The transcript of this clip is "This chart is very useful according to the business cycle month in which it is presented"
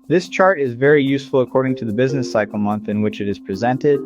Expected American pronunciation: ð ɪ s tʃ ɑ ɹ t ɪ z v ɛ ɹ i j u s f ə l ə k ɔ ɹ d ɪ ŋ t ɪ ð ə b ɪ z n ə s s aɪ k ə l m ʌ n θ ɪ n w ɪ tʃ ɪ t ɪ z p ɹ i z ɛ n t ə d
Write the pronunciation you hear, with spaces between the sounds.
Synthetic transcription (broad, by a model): ð ɪ s tʃ ɑ ɹ t ɪ z v ɛ ɹ i j u s f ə l ə k ɔ ɹ d ɪ ŋ t ɪ ð ə b ɪ z n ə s s aɪ k l m ʌ n θ ɪ n w ɪ tʃ ɪ t ɪ z p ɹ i z ɛ n t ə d